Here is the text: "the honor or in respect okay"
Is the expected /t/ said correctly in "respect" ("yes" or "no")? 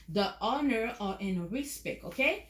no